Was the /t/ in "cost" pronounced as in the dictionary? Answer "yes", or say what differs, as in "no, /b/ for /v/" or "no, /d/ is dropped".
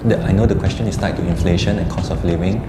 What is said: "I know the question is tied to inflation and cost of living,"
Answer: no, /t/ is dropped